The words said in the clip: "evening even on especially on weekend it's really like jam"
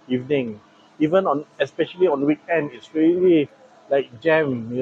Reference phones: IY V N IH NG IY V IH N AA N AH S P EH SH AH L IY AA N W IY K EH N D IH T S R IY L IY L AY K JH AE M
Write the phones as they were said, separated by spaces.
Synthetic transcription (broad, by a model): IY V N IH NG IY V IH N AA N AH S P EH SH AH L IY AA N W IY K EH N D IH T S R IY L IY L AY K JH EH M